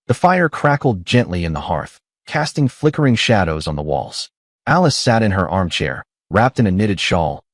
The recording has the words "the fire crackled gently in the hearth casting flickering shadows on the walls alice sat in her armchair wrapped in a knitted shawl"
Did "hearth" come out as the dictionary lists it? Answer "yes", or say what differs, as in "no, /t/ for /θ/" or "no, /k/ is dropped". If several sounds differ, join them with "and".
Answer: yes